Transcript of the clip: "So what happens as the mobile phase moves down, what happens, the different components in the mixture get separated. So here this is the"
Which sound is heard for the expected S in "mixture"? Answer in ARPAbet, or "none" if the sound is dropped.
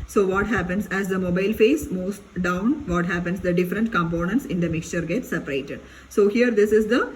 S